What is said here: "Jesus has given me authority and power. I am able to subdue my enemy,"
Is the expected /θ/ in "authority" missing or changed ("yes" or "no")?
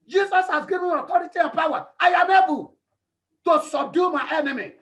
yes